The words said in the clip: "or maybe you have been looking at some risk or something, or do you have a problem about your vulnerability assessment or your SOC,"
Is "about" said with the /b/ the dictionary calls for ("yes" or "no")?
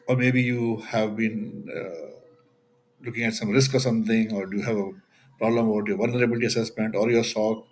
no